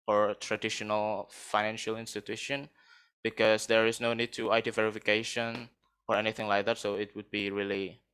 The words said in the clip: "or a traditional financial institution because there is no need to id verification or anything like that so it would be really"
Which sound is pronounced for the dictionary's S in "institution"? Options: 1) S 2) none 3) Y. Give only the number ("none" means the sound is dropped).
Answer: 1